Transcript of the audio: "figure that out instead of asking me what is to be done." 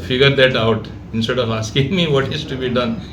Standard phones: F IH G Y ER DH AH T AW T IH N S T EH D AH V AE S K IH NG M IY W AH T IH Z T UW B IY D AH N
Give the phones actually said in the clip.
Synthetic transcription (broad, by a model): F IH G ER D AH T AW T IH N S T EH D AH V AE S K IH NG M IY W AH T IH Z T UW B IY D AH N